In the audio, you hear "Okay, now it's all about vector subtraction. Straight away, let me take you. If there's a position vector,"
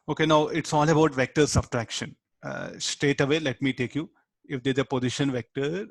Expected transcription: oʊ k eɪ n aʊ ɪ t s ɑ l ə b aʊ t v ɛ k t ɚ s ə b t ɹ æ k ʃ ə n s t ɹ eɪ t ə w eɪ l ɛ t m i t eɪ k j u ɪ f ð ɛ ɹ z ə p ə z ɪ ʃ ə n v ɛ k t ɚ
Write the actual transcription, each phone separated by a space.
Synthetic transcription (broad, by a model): oʊ k eɪ n aʊ ɪ t s ɑ l ə b aʊ t v ɛ k t ɚ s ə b t ɹ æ k ʃ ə n s t eɪ t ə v eɪ l ɛ t m i t eɪ k j u ɪ f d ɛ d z ə p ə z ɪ ʃ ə n v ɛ k t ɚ